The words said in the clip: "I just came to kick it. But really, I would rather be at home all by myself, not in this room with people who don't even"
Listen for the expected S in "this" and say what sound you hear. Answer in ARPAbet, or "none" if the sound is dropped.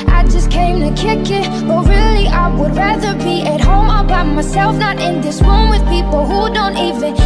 S